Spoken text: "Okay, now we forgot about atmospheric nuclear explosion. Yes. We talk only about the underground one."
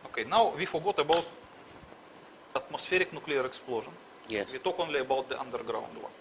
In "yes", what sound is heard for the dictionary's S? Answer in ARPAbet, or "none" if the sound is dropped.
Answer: none